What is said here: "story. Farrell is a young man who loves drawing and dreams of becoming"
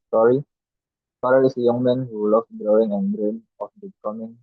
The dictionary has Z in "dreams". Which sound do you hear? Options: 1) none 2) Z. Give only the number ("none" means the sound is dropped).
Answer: 1